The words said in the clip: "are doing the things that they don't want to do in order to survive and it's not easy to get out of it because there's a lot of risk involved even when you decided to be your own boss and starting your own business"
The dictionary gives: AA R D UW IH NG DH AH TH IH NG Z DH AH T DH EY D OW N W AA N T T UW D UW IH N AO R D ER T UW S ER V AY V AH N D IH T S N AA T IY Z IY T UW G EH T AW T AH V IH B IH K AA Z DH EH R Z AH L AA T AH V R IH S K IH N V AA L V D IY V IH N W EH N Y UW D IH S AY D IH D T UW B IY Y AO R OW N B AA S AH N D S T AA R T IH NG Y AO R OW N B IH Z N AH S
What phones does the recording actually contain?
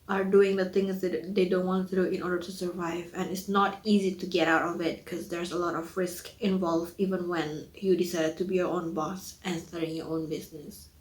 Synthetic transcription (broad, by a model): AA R D UW IH NG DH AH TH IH NG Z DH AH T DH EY D OW N W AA N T T UW D UW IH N AO R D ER T UW S ER V AY V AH N IH T S N AA T IY Z IY T UW G EH T AW T AH V IH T K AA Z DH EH R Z AH L AA T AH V R IH S K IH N V AA L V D IY V IH N W EH N Y UW D IH S AY D IH D T UW B IY Y AO R OW N B AA S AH N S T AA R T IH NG Y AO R OW N B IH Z N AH S